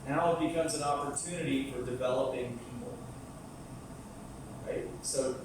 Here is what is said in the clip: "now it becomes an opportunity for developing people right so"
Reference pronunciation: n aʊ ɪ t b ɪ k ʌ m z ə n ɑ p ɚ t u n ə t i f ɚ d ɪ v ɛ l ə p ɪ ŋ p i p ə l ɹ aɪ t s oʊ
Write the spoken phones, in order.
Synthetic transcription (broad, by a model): n aʊ ɪ t b ɪ k ʌ m z ə n ɑ p ɚ t u n ə t i f ɚ d ɪ v ɛ l ə p ɪ ŋ p i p l ɹ aɪ t s oʊ